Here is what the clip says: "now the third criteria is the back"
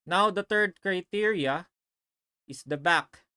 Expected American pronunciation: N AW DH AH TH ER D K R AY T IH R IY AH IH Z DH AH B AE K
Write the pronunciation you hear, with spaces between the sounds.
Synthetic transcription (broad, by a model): N AW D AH T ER D K R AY T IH R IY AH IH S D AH B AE K